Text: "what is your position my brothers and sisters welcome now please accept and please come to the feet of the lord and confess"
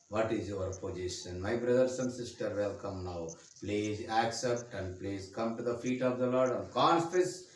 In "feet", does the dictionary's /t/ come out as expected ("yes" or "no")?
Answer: yes